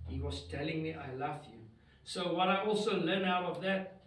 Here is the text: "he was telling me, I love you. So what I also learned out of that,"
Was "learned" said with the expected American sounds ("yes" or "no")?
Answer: no